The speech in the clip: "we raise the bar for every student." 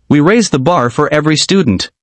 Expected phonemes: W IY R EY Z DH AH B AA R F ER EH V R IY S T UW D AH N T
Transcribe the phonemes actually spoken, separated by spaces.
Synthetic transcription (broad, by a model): W IY R EY Z DH AH B AA R F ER EH V R IY S T UW D N T